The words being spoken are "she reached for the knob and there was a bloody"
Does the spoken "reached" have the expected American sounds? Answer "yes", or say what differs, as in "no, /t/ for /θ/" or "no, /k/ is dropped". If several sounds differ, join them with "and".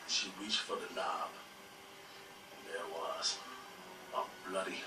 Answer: no, /w/ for /ɹ/